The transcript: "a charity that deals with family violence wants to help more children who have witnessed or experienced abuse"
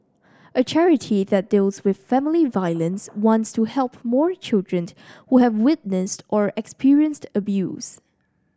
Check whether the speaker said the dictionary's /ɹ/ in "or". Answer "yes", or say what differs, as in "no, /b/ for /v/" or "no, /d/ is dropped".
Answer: yes